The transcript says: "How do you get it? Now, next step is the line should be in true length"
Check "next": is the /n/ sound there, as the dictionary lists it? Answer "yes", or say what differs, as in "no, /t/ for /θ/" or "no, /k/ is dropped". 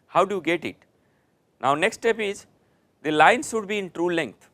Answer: yes